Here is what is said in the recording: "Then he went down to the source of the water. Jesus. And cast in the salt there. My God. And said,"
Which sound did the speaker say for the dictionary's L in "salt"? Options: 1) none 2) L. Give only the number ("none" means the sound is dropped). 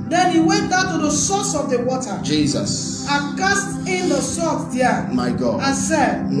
1